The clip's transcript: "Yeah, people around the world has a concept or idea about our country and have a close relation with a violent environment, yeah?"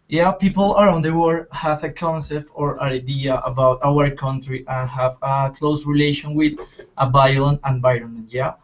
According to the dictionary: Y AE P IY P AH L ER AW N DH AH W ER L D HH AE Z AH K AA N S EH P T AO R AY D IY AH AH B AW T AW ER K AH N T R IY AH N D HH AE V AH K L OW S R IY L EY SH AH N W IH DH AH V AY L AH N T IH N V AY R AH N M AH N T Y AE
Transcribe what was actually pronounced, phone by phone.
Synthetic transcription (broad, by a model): Y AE P IY P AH L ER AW N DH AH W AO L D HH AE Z AH K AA N S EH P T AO R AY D IY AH AH B AW T AW ER K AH N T R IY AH N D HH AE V AH K L OW S R IY L EY SH AH N W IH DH AH B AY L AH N IH N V AY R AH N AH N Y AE